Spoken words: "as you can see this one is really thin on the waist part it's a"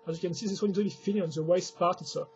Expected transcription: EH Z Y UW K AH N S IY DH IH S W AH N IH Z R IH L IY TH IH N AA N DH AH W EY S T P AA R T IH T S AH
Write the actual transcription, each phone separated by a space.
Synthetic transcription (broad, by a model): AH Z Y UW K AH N S IY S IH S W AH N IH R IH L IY F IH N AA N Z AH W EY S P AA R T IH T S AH